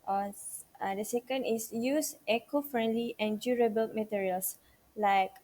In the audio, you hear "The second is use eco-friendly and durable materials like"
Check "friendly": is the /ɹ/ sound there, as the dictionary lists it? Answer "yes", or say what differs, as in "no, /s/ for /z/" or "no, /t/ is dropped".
yes